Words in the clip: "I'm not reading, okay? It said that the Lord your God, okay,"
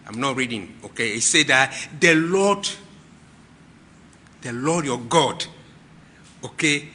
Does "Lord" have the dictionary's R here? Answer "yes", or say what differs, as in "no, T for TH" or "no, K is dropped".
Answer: no, L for R